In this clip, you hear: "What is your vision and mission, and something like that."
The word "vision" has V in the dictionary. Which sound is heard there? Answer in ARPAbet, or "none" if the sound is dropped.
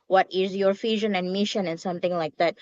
F